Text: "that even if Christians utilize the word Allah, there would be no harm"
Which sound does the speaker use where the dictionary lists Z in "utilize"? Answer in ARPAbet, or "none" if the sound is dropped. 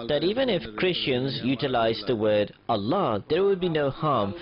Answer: Z